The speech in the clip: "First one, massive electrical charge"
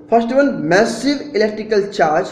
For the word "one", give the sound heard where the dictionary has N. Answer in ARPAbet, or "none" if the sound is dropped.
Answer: L